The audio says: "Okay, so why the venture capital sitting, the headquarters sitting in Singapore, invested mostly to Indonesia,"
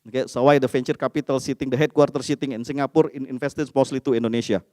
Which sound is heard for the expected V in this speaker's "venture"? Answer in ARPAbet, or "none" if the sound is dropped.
F